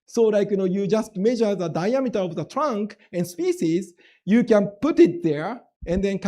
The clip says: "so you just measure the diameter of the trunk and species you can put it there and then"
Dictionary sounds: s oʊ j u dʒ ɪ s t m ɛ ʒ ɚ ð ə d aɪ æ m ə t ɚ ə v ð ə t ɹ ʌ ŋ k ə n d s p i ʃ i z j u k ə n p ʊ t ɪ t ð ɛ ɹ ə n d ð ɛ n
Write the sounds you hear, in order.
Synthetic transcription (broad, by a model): s oʊ j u dʒ ɪ s t m ɛ ʒ ɚ ð ə d aɪ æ m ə t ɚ ə v ð ə t ɹ ʌ ŋ k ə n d s p i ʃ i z j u k ə n p ʊ t ɪ t ð ɛ ɹ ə n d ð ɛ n